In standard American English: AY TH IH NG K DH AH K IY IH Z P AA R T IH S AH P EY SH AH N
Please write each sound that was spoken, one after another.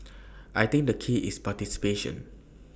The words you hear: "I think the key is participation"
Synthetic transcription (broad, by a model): AY T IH NG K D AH K IY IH S P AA T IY S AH P EY SH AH N